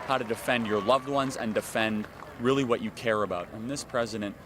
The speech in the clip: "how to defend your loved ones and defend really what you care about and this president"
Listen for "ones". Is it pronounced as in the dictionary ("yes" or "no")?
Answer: yes